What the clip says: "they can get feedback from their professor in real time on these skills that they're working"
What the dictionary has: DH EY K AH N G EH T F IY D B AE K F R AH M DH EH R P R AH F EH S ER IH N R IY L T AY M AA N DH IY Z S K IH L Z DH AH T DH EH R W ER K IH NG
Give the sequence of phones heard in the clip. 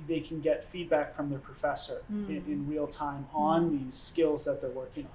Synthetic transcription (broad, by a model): DH EY K N G EH T F IY D B AE K F R AH M DH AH R P R AH F EH S ER IH N R IY L T AY M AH N DH IY Z S K IH L Z DH AH T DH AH R W ER K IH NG